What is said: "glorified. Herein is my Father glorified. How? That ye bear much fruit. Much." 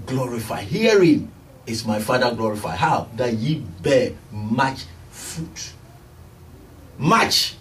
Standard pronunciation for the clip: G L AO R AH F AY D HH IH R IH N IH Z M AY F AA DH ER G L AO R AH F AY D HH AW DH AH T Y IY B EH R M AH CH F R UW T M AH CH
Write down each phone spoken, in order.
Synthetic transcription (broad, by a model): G L AO R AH F AY HH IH R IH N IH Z M AY F AA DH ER G L AO R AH F AY HH AW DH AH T Y IY B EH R M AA CH F UW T M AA CH